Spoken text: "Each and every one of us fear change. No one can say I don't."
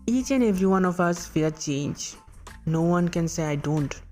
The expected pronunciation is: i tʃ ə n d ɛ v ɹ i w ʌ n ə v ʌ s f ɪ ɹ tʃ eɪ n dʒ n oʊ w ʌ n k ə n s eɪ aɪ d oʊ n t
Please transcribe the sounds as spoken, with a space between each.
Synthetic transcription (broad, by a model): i tʃ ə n ɛ v ɹ i w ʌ n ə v ʌ s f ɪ l tʃ eɪ n dʒ n oʊ w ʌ n k ə n s eɪ aɪ d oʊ n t